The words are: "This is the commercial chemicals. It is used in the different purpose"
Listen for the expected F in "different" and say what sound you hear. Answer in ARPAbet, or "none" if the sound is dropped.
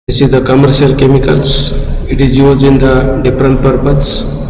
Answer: P